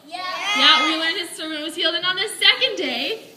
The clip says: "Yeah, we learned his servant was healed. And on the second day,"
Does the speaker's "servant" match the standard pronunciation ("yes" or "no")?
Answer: no